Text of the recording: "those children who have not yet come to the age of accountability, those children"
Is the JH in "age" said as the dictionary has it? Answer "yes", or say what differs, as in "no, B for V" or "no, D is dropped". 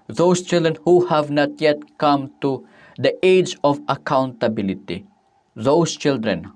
yes